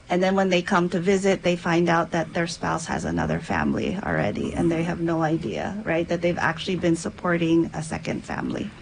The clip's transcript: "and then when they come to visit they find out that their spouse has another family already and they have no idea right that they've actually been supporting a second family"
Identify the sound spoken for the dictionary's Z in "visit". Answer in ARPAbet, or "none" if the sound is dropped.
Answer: Z